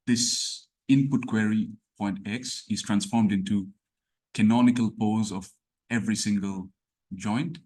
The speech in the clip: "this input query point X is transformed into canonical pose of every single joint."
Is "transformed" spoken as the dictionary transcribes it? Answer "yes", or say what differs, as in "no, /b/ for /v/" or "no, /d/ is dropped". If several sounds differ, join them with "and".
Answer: yes